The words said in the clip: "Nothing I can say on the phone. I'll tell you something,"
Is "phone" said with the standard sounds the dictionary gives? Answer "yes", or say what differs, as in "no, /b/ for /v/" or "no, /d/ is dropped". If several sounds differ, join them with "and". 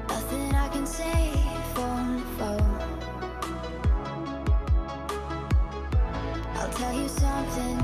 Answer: no, /n/ is dropped